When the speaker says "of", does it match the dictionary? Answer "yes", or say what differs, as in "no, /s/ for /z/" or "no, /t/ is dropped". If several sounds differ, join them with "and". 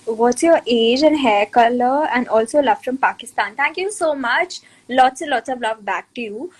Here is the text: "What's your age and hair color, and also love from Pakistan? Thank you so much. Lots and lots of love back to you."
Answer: yes